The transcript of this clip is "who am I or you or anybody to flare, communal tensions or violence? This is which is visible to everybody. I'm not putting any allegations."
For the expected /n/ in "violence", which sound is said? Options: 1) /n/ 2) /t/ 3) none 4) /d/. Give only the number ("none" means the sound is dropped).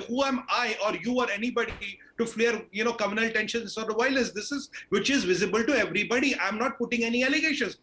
3